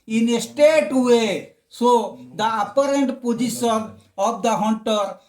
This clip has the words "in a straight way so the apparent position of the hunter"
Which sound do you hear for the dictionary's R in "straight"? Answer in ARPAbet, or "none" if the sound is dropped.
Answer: none